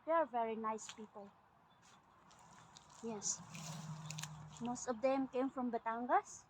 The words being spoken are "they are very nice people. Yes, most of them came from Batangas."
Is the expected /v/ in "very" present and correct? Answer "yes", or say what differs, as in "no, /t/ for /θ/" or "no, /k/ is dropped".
yes